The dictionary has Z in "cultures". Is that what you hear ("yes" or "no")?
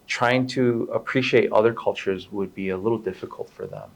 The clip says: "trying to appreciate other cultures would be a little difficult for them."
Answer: yes